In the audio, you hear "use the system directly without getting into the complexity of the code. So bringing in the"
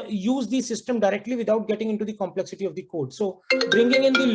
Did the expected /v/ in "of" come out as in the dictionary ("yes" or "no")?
yes